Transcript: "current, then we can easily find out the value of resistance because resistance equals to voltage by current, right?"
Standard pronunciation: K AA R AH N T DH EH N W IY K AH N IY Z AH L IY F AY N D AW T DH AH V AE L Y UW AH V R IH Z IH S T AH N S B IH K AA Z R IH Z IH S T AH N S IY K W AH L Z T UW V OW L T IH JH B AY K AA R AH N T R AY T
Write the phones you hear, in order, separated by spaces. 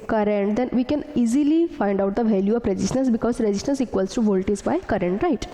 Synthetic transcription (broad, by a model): K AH R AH N T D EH N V IY K AH N IY Z AH L IY F AY N D AW T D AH V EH L Y UW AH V R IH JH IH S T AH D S B IH K AA Z R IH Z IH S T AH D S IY K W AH L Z T UW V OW L T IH Z B AY K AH R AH N T R AY T